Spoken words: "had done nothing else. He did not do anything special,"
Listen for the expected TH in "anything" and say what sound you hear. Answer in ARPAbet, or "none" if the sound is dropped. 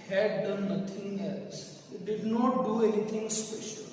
T